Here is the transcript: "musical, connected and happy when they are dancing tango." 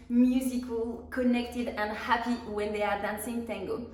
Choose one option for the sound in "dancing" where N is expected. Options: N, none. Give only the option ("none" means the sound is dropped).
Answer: N